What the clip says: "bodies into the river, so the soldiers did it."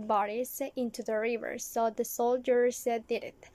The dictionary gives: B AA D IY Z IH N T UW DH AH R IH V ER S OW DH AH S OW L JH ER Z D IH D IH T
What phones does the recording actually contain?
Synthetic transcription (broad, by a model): B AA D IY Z IH N T UW DH AH R IH V ER S OW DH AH S OW L JH ER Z D IH D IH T